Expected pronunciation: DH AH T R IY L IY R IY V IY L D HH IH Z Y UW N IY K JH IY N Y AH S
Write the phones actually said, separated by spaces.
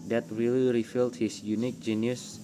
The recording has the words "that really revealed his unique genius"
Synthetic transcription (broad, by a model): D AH T R IY L IY R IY F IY L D HH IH S Y UW N IY K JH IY N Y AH S